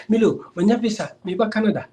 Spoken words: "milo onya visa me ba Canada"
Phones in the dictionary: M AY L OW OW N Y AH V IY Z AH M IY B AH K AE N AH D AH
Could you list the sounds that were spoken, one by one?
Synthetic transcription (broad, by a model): M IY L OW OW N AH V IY S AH M IY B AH K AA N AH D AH